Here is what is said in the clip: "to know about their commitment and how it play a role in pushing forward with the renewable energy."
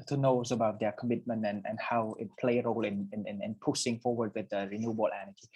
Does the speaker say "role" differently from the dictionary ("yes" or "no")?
no